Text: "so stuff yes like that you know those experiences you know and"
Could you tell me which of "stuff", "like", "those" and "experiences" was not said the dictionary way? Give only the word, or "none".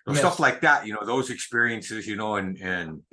none